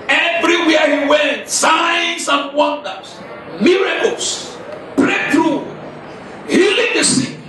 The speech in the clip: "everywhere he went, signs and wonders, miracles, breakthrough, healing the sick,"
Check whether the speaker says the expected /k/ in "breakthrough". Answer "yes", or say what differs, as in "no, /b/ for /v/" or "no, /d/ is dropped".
no, /k/ is dropped